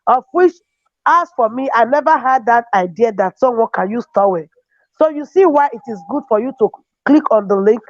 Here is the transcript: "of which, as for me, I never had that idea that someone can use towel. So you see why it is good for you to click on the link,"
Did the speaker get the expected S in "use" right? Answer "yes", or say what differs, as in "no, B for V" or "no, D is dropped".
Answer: yes